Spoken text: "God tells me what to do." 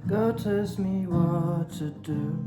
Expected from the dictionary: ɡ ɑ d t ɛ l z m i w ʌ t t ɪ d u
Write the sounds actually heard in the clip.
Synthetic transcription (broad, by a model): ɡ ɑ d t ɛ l s m i w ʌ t t ɪ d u